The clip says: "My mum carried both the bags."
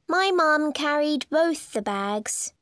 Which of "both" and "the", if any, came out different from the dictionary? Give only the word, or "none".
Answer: none